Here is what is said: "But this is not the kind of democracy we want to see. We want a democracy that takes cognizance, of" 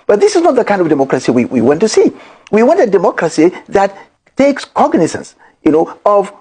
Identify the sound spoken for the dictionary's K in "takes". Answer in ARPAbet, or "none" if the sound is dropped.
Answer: K